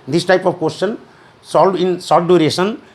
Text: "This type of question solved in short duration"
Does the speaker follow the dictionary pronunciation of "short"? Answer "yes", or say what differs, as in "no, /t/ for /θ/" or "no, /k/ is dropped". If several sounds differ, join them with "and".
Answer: no, /s/ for /ʃ/